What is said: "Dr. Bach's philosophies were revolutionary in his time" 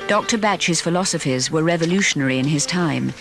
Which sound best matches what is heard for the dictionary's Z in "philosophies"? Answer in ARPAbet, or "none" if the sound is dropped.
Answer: Z